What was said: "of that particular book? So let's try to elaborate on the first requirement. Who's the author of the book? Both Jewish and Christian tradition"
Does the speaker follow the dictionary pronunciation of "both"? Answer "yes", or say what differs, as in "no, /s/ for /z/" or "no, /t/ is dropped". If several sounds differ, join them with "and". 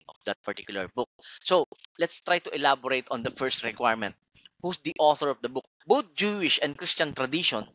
no, /t/ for /θ/